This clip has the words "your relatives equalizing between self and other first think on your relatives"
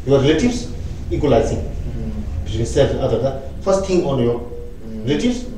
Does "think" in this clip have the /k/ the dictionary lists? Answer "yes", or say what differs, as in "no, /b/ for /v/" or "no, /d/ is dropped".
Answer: no, /k/ is dropped